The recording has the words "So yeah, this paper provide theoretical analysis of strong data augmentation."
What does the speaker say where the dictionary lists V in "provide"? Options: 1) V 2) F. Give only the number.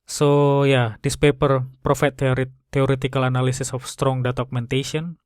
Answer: 2